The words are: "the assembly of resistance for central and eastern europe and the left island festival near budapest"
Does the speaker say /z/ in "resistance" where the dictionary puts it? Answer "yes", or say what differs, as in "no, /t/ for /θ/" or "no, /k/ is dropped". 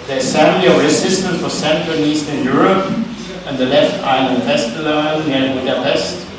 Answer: no, /s/ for /z/